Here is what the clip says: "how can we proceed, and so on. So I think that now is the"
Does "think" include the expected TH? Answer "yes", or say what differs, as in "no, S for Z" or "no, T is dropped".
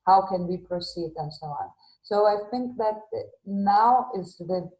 yes